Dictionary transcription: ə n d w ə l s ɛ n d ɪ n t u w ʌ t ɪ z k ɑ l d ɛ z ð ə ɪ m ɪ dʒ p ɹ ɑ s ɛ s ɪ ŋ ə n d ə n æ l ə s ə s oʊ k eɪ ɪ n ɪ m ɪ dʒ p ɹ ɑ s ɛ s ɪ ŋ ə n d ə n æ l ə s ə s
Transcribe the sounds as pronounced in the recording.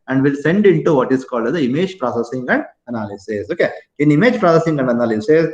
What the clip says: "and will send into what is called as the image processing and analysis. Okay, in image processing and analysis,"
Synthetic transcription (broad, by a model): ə n d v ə l s ɛ n d ɪ n t u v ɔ t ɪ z k ɑ l d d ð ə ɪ m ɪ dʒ p ɹ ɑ s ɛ s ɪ ŋ ə n d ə n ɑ l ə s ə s oʊ k eɪ ɪ n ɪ m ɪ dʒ p ɹ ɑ s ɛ s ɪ ŋ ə n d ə n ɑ l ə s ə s